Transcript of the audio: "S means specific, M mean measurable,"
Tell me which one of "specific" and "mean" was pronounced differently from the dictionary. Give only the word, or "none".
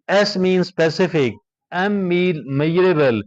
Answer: mean